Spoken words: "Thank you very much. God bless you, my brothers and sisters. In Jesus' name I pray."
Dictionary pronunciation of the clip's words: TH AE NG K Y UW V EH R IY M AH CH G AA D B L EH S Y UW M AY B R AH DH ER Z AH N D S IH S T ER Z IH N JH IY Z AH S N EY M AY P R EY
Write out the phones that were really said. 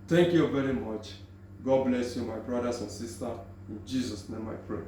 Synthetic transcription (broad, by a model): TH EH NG K Y UW V EH R IY M AH CH G AA D B L EH S Y UW M AY B R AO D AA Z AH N S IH S T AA IH N JH IY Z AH S N EY M AY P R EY